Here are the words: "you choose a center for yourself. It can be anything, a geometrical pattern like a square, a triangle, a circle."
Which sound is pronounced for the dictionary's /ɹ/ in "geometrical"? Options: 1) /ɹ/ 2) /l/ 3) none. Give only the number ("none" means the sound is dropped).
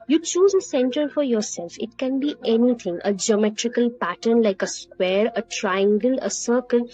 1